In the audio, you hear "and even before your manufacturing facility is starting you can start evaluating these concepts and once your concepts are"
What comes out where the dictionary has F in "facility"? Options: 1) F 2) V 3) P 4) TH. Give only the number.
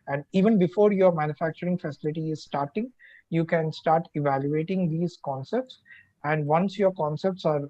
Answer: 1